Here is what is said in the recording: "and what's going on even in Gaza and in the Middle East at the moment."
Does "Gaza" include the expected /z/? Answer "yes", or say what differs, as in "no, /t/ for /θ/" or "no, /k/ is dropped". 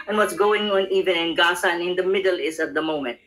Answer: no, /s/ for /z/